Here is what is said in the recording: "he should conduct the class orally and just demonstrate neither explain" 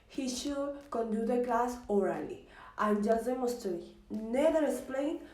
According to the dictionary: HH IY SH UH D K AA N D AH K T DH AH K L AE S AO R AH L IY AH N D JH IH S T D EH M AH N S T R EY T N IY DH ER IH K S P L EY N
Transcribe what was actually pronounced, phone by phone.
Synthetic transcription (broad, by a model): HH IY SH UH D K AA N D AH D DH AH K L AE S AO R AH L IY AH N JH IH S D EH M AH S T EY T N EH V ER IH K S P L EY N